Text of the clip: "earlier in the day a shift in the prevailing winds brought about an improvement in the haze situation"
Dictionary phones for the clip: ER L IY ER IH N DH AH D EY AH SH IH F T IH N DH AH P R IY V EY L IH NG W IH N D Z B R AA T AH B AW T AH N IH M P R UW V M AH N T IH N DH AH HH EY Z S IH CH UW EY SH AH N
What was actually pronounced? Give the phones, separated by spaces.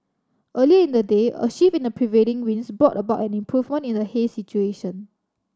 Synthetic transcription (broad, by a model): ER L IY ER IH N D AH D EY AH SH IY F IH N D AH P R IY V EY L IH NG W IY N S B R AA T AH B AW T AH N IH M P R UW V M AH N T IH N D AH HH EY S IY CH UW EY SH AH N